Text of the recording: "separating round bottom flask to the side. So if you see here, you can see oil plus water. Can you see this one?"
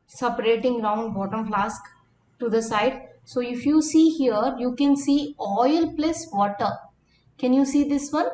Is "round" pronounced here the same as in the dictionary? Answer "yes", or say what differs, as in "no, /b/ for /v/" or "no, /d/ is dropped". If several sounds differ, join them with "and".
no, /l/ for /ɹ/